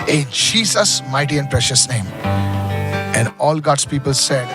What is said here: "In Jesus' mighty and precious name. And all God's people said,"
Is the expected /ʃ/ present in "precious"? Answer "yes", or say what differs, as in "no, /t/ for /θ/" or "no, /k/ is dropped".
yes